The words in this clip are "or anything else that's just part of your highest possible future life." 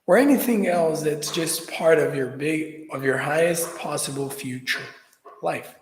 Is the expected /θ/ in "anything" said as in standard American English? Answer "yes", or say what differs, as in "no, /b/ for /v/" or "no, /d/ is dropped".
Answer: yes